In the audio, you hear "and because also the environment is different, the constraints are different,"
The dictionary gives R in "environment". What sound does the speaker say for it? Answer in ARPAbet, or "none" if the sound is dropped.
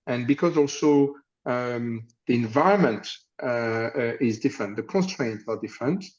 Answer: R